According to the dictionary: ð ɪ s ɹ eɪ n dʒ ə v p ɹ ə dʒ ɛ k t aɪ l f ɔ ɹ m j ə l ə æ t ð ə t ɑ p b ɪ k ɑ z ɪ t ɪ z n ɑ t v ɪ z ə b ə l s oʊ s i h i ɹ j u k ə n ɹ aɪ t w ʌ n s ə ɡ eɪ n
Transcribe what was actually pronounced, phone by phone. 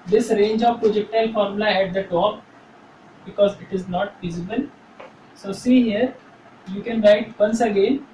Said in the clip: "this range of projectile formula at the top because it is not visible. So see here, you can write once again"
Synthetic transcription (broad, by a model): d ɪ s ɹ eɪ n dʒ ə v p ɹ ə dʒ ɛ k t aɪ l f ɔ ɹ m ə l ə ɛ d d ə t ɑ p b ɪ k ɑ z ɪ t ɪ z n ɑ t f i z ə b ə l s oʊ s i h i ɹ j u k ə n ɹ aɪ t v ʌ n s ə ɡ eɪ n